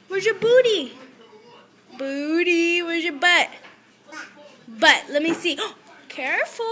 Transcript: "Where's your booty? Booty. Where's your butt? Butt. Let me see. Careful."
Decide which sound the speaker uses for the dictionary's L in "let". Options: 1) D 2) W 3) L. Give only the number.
3